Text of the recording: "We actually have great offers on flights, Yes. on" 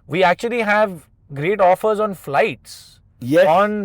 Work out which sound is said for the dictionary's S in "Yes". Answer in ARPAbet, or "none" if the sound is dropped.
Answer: none